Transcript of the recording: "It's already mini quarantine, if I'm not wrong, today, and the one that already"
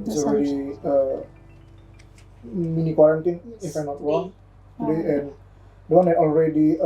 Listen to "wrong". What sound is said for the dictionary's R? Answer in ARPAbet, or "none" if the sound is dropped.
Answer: W